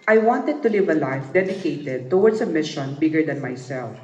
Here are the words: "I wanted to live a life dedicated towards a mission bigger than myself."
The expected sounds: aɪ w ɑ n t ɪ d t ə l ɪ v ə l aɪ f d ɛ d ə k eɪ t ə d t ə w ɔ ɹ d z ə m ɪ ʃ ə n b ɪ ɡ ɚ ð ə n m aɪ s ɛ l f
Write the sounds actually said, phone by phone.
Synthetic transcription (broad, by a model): aɪ w ɑ n t ɪ d t ə l ɪ v ə l aɪ f d ɛ d ə k eɪ t ə d t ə w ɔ ɹ d s ə m ɪ ʃ ə n b ɪ ɡ ɚ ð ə n m aɪ s ɛ l f